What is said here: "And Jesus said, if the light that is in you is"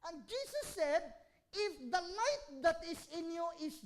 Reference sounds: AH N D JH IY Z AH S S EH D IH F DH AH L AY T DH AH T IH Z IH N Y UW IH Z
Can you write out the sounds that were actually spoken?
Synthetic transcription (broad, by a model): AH N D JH IY S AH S S EH D IH F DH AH N AY T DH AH T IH S IH N Y UW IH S